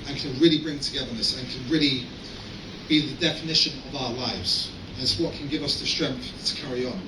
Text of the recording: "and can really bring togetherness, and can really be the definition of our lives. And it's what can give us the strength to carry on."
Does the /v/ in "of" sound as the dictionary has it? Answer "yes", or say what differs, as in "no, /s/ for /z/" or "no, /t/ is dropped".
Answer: yes